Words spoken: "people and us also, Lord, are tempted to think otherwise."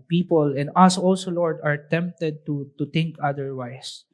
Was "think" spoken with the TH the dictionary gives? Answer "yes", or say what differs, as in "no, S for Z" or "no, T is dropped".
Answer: no, T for TH